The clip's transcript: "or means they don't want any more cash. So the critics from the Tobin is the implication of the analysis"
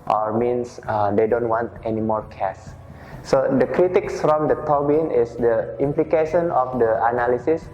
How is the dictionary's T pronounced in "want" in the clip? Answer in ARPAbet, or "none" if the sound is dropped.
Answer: T